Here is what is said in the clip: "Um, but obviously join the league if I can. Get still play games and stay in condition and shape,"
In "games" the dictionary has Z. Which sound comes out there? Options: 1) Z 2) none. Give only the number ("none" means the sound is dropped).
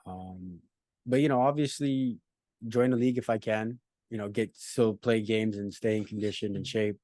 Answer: 1